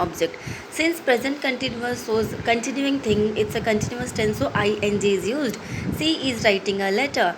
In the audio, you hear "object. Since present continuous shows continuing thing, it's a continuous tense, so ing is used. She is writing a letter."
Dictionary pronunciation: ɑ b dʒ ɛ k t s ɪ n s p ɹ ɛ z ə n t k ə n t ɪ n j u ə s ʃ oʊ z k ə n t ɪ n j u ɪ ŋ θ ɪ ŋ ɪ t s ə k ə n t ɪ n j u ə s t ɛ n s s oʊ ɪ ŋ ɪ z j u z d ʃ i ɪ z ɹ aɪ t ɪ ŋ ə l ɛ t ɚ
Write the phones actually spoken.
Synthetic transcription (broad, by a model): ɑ b dʒ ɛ k t s ɪ n s p ɹ ɛ z ə n t k ə n t ɪ n j u ə s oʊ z k ə n t ɪ n j u ɪ ŋ t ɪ ŋ ɪ t s ə k ə n t ɪ n j u ə s t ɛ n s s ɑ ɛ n ɪ z j u z d s i ɪ z ɹ aɪ t ɪ ŋ ə l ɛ t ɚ